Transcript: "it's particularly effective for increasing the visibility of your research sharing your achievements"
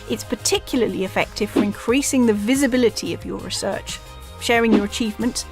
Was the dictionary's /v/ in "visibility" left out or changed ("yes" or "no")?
no